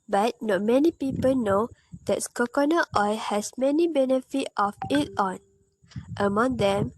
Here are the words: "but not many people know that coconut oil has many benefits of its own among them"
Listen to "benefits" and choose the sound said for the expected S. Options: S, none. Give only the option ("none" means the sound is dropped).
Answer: none